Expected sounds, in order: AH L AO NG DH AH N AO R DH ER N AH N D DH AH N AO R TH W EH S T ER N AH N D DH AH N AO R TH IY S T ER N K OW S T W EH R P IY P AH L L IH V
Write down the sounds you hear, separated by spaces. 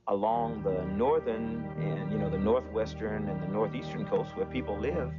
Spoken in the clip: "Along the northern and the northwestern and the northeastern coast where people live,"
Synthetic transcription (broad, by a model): AH L AO NG DH AH N AO R DH ER N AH N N DH AH N AO R TH W EH S T ER N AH N DH AH N AO R TH IY S T ER N K OW S T W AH R P IY P L L IH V